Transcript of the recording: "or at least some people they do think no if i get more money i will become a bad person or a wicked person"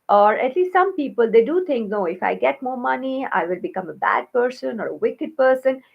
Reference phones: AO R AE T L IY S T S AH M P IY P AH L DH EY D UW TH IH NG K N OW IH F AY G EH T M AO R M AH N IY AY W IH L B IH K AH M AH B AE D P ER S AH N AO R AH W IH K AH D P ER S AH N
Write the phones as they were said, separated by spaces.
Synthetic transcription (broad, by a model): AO R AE T L IY S T S AH M P IY P AH L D EY D UW T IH NG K N OW IH F AY G EH T M AO R M AH N IY AY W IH L B IH K AH M AH B AE D P ER S AH N AO R AH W IH K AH D P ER S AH N